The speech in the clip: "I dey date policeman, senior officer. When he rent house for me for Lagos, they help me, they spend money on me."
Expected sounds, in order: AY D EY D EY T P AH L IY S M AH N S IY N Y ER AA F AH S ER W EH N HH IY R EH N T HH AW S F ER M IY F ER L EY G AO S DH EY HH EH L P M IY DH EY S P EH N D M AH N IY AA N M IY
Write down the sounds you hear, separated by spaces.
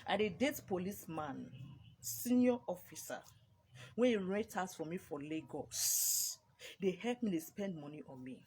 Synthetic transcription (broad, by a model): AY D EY D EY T P AH L IY S M AH N S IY N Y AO AA F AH S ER W EH N HH IY R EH T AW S F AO M IY F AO L EY G AO S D EY HH EH L P M IY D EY S P EH N D M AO N IY AA N M IY